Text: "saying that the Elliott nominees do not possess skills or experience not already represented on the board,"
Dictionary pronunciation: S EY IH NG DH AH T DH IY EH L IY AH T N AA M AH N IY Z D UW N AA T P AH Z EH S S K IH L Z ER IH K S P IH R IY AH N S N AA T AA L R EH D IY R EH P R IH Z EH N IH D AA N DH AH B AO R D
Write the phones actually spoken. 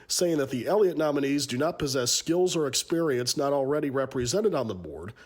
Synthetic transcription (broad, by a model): S EY IH NG DH AH T DH IY EH L IY AH T N AA M AH N IY Z D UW N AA T P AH Z EH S S K IH L Z ER IH K S P IH R IY AH N S N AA T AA L R EH D IY R EH P R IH Z EH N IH D N DH AH B AO R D